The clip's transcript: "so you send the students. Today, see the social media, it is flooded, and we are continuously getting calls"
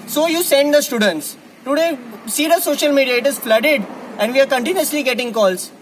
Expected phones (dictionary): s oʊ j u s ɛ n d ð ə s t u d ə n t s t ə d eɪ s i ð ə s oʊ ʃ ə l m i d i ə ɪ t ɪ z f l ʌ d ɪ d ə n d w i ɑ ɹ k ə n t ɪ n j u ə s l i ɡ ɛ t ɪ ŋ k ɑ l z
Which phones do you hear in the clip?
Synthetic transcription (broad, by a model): s oʊ j u s ɛ n d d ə s t u d ə n t s t ə d eɪ s i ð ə s oʊ ʃ ə l m i d i ə ɪ t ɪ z f l ʌ d ɪ d ə n d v i ɑ ɹ k ə n t ɪ n j u ə s l i ɡ ɛ t ɪ ŋ k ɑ l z